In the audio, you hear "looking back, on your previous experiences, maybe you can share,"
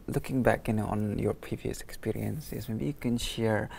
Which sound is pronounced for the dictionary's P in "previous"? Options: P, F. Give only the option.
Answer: P